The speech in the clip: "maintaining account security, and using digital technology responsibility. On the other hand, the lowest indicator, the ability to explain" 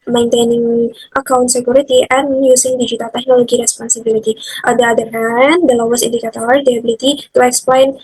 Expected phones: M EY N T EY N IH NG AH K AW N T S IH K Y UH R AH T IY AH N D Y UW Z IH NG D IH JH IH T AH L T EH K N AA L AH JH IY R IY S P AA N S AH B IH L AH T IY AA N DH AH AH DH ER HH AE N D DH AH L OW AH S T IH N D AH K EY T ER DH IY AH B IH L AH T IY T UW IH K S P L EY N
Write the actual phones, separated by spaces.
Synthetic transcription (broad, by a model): M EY N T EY N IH NG AH K AW N T S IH K Y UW R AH T IY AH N Y UW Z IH NG D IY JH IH T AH T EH K N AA L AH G IY R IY S P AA N S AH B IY L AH T IY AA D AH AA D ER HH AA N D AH L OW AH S IH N D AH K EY T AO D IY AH B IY L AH T IY T UW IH K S P L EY N